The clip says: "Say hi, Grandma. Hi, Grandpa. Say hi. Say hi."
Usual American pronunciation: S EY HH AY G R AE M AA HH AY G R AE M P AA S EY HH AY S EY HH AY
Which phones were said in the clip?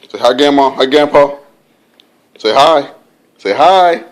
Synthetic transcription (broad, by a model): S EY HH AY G EH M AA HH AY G EH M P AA S EY HH AY S EY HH AY